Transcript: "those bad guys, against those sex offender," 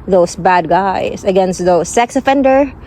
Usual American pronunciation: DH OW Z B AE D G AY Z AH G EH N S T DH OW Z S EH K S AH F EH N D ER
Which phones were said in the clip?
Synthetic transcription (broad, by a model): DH OW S B AE D G AY S AH G EH N S T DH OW S EH K S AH F EH N D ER